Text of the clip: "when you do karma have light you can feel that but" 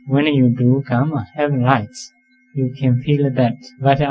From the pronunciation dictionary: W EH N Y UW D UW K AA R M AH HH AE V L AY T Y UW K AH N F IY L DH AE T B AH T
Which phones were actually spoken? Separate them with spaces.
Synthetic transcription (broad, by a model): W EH N Y UW D UW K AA M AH HH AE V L AY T Y UW K AH N F IY L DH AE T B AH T